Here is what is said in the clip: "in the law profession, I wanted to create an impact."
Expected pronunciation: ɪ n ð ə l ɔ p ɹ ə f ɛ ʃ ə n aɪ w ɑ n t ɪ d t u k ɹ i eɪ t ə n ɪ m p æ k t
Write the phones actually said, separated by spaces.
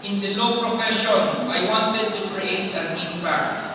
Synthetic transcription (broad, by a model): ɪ n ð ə l ɔ p ɹ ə f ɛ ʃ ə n aɪ w ɑ n t ɪ d t u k ɹ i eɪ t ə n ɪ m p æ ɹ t